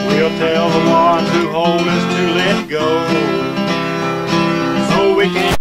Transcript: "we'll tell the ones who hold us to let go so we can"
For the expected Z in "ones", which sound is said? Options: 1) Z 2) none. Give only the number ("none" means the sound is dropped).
2